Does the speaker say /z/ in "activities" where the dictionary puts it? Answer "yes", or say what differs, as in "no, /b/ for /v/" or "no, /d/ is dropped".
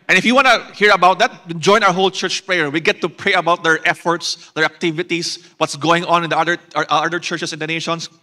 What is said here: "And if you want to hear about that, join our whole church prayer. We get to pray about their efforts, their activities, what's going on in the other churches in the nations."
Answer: no, /s/ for /z/